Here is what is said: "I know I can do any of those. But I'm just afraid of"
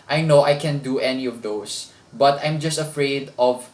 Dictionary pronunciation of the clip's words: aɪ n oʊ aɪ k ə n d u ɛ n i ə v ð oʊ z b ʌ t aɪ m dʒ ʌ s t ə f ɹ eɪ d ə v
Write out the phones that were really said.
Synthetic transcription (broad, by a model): aɪ n oʊ aɪ k ə n d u ɛ n i ə v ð oʊ s b ʌ t aɪ m dʒ ʌ s t ə f ɹ eɪ d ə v